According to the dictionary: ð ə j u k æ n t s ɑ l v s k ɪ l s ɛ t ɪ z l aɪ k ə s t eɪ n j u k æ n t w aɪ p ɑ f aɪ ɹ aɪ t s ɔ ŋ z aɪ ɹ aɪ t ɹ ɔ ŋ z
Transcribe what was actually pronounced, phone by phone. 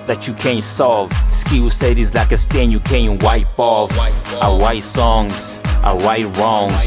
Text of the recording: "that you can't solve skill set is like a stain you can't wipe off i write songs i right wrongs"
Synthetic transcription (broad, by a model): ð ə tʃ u k æ n t s ɑ l v s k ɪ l s ɛ t ɪ z l aɪ k ə s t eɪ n j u k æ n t w aɪ p ɑ f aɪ w aɪ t s ɔ ŋ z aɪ w aɪ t ɹ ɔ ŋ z